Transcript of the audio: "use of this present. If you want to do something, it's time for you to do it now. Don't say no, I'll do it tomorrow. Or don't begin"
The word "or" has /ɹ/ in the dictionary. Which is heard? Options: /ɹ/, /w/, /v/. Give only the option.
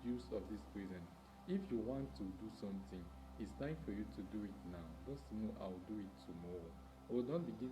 /w/